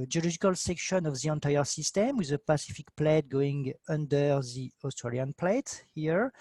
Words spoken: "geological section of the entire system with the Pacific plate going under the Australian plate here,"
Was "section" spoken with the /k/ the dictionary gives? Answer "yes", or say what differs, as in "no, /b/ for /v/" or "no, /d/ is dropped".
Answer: yes